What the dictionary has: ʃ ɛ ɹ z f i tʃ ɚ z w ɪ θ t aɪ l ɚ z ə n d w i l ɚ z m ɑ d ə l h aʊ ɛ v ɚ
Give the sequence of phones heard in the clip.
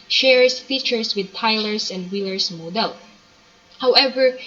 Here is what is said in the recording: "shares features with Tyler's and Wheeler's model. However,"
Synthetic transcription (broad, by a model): ʃ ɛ ɹ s f i tʃ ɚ s w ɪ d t aɪ l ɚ s ə n d w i l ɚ s m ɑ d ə l h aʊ ɛ v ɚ